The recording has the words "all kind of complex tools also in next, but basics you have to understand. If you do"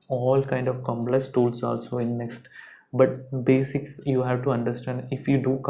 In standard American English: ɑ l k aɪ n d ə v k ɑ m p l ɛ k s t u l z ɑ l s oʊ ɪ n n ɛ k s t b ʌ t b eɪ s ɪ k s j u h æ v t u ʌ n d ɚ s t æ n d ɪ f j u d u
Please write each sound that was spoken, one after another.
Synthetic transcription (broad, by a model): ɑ l k aɪ n d ə v k ɑ m p l ɛ k s t u l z ɑ l s oʊ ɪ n n ɛ k s t b ʌ t b eɪ s ɪ k s j u h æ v t u ʌ n d ɚ s t æ n d ɪ f j u d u